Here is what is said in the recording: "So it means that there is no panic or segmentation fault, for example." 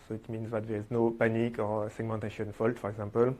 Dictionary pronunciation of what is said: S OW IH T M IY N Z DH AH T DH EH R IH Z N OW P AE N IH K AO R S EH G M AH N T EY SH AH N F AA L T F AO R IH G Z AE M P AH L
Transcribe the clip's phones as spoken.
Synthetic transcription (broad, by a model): S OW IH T M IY N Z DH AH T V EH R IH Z N OW P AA N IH K AO R S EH G M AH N T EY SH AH N F AA L T F AO R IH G Z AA P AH L